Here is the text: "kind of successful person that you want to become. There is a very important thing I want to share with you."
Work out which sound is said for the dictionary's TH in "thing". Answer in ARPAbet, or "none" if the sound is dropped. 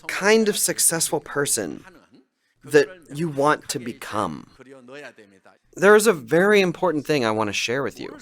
TH